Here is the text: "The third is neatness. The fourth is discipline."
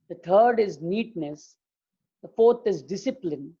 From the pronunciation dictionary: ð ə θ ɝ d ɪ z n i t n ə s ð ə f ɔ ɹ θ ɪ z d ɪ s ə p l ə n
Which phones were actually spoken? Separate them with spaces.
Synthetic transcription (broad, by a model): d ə t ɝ d ɪ z n i t n ə s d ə f ɔ ɹ t ɪ z d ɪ s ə p l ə n